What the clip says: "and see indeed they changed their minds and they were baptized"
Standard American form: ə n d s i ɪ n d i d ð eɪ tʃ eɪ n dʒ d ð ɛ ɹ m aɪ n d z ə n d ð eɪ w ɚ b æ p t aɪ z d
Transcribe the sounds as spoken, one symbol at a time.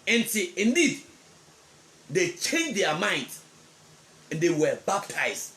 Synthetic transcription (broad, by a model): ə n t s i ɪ n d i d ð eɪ tʃ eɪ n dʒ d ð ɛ m aɪ n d ə n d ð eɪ w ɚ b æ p t aɪ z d